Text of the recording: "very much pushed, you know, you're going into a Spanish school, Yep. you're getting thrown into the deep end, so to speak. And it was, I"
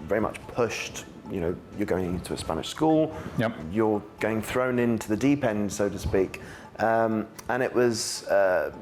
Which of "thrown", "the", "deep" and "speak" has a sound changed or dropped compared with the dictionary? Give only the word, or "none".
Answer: none